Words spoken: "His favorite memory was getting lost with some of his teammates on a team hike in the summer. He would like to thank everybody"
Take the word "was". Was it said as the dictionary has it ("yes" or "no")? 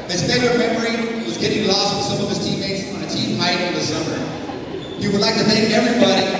yes